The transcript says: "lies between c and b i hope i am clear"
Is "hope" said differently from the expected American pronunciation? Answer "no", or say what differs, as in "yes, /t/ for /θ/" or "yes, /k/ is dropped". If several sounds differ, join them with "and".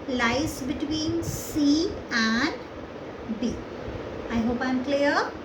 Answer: no